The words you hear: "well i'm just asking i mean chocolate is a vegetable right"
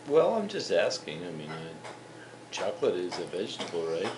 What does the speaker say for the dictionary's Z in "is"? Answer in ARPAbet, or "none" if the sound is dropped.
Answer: Z